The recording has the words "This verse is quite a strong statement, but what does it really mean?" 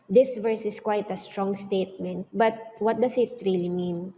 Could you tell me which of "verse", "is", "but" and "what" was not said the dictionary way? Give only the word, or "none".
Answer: is